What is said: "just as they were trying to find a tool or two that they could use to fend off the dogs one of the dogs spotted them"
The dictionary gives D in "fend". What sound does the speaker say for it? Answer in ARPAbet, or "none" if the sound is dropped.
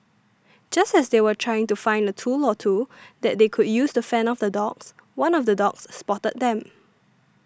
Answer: none